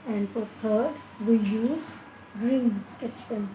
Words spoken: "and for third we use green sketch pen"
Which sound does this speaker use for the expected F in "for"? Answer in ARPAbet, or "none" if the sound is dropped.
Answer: P